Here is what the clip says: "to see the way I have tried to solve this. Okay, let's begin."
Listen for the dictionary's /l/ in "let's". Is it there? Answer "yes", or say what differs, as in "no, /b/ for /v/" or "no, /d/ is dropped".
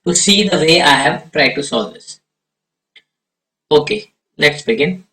no, /n/ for /l/